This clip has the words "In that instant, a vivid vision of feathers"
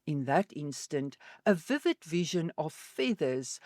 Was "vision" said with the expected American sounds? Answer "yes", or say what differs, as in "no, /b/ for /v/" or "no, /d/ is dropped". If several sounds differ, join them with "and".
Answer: yes